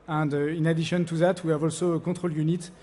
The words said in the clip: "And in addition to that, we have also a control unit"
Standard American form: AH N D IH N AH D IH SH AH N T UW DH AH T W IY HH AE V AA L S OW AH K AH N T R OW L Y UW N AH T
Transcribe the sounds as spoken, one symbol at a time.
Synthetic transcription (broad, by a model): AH N D IH N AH D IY SH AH N T UW DH AH T W IY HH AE V AA L S OW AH K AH T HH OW L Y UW N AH T